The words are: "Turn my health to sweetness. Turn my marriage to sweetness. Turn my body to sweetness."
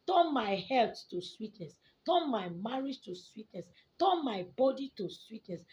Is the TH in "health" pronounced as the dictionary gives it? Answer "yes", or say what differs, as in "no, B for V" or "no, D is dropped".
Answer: no, T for TH